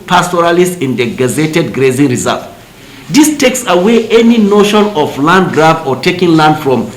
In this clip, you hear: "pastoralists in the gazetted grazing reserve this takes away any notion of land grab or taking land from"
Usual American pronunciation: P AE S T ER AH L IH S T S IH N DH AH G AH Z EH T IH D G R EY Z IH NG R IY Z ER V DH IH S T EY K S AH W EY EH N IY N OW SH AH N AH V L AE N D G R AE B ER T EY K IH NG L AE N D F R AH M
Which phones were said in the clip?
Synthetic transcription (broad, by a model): P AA S T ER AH L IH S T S IH N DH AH G AH Z EH T IH D G R EY Z IH NG R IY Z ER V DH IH S T EY K S AH W EY EH N IY N OW SH AH N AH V L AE N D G R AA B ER T EY K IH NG L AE N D F R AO M